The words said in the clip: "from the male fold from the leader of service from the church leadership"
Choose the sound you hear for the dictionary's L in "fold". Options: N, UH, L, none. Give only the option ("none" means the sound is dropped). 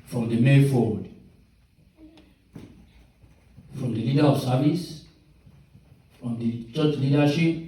none